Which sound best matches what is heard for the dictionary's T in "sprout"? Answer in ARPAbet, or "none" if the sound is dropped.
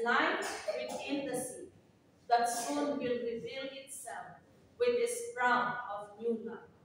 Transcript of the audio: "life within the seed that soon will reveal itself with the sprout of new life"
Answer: none